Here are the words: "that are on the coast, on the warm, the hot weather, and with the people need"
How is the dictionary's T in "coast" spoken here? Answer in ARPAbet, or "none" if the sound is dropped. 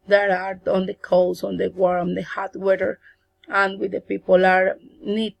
none